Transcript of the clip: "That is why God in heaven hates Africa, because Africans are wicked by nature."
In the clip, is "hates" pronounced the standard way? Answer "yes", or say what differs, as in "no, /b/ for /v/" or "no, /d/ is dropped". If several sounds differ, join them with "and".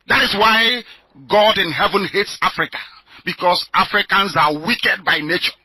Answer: yes